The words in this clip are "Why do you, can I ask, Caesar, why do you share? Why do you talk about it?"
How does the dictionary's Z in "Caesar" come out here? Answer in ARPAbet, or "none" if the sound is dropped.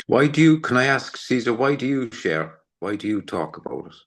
Z